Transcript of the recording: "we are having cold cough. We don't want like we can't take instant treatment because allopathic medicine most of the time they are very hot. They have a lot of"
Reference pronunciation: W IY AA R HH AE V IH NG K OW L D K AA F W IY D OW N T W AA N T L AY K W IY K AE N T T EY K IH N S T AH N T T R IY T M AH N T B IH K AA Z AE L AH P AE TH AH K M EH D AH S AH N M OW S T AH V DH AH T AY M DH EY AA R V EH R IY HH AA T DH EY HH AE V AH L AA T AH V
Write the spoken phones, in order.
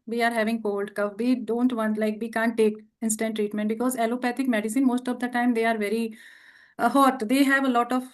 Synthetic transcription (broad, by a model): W IY AA R HH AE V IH NG K OW L D K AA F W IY D OW N T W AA N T L AY K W IY K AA N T T EY K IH N S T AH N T T R IY T M AH N T B IH K AA Z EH L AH P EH T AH K M EH D AH S AH N M OW S T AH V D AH T AY M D EY AA R V EH R IY HH AA T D EY HH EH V AH L AA T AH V